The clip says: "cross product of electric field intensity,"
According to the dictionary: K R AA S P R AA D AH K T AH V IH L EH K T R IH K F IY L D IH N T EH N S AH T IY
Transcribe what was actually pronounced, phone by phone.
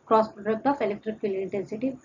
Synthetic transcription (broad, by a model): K R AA S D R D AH T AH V IH L EH K T R IH K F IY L IH N T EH N S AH T IY